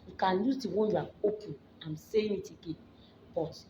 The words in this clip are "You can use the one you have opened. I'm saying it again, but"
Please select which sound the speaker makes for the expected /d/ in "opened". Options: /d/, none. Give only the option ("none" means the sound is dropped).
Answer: none